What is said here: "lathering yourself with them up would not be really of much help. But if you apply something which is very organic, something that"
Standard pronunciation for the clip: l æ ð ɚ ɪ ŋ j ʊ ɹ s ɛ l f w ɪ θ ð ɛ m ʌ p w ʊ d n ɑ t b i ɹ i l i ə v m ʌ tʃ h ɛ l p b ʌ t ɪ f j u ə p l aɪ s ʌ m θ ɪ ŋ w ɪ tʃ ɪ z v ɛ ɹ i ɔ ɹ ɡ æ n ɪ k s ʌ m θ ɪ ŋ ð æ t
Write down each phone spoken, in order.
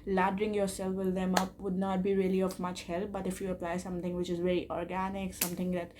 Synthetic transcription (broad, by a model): l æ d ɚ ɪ ŋ j ʊ ɹ s ɛ l f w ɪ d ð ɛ m ʌ p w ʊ d n ɑ t b i ɹ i l i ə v m ʌ tʃ h ɛ l p b ʌ t ɪ f j u ə p l aɪ s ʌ m t ɪ ŋ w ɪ tʃ ɪ z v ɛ ɹ i ɔ ɹ ɡ æ n ɪ k s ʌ m t ɪ ŋ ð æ t